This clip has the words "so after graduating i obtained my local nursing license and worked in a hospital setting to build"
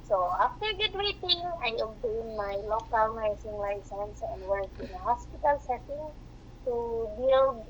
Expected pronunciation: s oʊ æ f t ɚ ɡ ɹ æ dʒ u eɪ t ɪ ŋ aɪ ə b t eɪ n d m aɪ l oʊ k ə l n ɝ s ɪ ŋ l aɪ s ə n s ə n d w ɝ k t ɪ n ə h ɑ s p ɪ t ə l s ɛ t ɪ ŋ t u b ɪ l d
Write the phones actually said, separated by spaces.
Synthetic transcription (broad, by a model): s oʊ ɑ f t ɚ ɡ u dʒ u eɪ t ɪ ŋ aɪ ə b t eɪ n m aɪ l oʊ k ə l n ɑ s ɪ ŋ l aɪ s ə n s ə n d w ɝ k ɪ n ə h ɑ s p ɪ t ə l s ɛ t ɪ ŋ t u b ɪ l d